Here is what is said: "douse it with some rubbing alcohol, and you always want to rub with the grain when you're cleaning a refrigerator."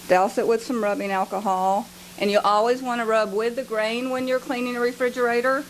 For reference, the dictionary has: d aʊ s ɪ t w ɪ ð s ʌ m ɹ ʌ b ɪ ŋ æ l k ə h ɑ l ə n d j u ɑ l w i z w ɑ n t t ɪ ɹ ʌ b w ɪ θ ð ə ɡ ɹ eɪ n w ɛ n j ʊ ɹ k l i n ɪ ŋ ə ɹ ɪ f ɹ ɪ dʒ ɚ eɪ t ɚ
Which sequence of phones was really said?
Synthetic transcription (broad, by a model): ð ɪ s ɪ t w ɪ ð s ʌ m ɹ ʌ b ɪ ŋ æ l k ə h ɑ l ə n j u ɑ l w i z w ɑ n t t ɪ ɹ ʌ b w ɪ ð ə ɡ ɹ eɪ n w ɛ n j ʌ ɹ k l i n ɪ ŋ ə ɹ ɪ f ɹ ɪ dʒ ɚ eɪ t ɚ